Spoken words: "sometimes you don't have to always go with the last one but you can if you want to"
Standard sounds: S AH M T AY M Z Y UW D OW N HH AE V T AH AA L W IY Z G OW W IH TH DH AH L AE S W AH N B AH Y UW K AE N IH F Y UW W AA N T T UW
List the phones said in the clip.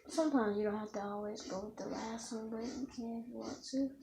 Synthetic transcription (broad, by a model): S AH M T AY M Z Y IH D OW N HH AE F T AH AA L W IY Z G OW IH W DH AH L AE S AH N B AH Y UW K AE N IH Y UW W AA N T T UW